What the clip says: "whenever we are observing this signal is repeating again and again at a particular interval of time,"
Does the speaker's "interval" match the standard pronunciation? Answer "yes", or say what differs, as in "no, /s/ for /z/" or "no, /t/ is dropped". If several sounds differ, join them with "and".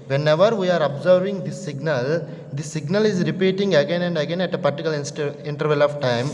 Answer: yes